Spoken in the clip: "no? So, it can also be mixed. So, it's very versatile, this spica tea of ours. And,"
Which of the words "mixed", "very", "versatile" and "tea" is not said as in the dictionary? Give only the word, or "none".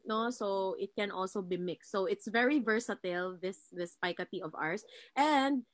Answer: none